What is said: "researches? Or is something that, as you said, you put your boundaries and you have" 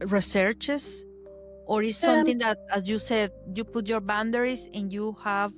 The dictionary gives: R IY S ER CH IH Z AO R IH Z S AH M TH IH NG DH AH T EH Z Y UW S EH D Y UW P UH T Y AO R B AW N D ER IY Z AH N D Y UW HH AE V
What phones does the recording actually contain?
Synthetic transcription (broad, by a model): R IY S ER CH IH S AO R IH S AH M T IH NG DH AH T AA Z Y UW S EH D Y UW P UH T Y AO R B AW N D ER IY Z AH N Y UW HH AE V